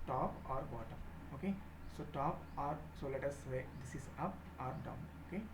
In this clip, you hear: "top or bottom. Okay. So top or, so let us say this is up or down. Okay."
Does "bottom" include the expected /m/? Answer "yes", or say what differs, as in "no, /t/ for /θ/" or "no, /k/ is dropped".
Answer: no, /m/ is dropped